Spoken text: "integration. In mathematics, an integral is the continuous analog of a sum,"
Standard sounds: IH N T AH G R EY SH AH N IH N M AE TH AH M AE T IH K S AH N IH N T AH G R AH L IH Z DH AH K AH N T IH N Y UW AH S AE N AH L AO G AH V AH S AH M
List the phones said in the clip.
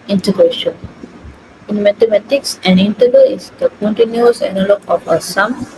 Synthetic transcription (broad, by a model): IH N T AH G R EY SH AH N IH N M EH T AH M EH T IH K S AH N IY N T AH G AH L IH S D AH K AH N T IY N Y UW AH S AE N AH L AO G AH F AH S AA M